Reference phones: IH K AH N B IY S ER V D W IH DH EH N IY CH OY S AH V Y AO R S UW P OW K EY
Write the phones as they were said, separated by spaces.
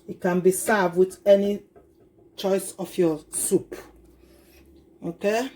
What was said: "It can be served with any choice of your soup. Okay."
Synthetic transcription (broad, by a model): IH K AH N B IY S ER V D W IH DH EH N IY CH OY S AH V Y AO S UW P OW K EY